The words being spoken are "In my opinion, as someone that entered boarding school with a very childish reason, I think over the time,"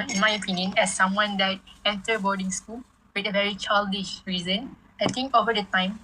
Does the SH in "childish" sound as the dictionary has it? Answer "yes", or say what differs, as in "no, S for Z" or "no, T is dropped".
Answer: yes